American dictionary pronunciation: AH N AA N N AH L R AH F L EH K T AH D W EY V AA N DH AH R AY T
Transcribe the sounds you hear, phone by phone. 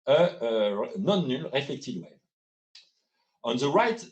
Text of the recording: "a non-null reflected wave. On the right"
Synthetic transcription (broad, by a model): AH N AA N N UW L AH F EH K T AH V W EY AA N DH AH R AY T